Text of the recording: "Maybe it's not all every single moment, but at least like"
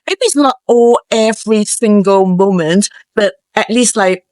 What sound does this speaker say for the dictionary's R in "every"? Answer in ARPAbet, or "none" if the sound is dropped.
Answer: R